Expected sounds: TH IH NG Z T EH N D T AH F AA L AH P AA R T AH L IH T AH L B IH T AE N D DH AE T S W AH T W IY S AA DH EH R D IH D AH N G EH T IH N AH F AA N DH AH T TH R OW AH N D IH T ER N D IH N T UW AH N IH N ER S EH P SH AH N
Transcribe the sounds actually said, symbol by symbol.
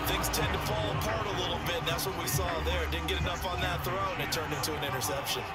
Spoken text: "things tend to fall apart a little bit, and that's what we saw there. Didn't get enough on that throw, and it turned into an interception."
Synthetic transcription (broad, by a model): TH IH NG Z T EH N T AH F AA L AH P AA R T AH L IH T L B IH T DH AE T S W AH T W IY S AA DH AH R D IH D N G EH T IH N AH F N DH AH T TH R OW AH N IH T ER N D IH N T UW AH N IH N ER S EH P SH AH N